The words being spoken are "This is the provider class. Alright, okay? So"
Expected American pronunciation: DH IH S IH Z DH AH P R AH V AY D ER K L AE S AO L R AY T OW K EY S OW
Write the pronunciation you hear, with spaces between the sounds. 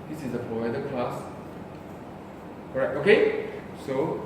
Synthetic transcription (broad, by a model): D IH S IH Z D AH P R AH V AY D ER K L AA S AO R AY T OW K EY S OW